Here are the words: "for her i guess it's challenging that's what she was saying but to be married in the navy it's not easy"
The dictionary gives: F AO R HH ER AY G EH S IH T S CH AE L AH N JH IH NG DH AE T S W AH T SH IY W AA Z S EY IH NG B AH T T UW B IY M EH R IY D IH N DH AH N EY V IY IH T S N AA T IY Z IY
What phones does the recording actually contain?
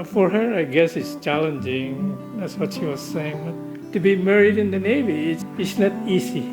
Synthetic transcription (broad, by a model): F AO R HH ER AY G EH S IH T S CH AE L AH N JH IH NG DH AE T S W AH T SH IY W AA Z S EY IH NG B AH T T UW B IY M EH R IY D IH N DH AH N EY V IY IH T S N AA T IY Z IY